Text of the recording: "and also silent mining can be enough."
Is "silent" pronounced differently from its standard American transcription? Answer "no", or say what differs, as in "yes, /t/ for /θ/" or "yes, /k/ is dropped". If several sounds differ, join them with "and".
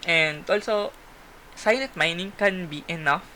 yes, /n/ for /l/ and /n/ is dropped